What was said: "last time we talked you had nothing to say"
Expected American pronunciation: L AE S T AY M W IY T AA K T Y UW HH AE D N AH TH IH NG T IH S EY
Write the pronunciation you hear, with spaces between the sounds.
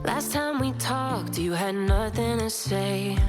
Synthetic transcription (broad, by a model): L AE S T AY M W IY T AA K T Y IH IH D N AH TH IH NG T IH S EY